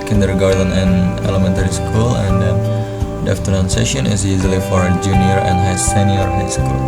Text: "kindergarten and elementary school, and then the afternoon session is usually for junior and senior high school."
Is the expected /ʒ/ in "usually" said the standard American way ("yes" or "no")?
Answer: no